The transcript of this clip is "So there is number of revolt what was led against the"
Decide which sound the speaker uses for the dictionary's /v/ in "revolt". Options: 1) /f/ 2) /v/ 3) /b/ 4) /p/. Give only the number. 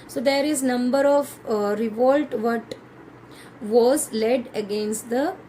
2